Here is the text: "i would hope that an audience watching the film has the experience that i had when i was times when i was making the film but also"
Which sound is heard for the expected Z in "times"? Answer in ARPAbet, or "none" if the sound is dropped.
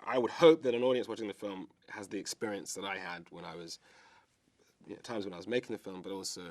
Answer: Z